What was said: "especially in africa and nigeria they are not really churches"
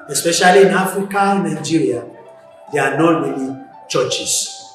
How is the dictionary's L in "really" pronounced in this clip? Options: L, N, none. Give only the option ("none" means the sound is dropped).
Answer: N